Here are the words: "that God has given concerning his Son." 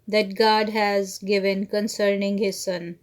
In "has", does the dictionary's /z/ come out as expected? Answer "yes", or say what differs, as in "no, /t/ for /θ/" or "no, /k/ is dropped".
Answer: yes